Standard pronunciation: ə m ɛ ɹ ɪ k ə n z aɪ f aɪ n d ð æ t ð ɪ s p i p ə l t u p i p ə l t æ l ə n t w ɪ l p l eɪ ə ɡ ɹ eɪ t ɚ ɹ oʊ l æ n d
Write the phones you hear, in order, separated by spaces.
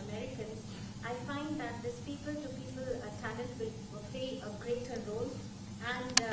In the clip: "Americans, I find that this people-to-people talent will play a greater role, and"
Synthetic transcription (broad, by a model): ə m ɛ ɹ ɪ k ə n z aɪ f aɪ n d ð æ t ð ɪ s p i p ə l t u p i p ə l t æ n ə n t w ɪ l p l eɪ ə ɡ ɹ eɪ t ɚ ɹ oʊ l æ n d